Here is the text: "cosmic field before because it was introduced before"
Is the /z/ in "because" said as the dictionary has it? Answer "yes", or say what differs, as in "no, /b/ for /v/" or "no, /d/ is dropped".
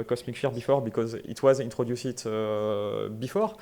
yes